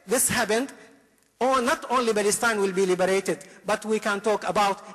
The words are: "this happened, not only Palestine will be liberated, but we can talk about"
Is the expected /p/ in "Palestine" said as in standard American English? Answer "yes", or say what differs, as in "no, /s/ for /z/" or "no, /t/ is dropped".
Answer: no, /b/ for /p/